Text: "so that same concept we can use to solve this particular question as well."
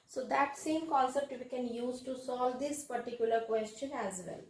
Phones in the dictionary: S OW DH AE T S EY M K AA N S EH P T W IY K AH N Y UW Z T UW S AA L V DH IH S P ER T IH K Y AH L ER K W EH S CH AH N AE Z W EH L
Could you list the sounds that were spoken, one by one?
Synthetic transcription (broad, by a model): S OW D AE T S EY M K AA L S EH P T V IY K AH N Y UW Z T UW S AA L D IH S P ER T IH K Y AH L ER K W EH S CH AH N AE Z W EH L